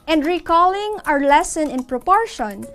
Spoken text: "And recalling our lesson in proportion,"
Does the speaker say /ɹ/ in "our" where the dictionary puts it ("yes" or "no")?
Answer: yes